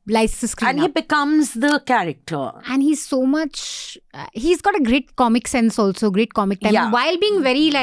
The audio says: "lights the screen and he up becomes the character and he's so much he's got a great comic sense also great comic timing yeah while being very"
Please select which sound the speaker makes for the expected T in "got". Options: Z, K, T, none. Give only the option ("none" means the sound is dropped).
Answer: T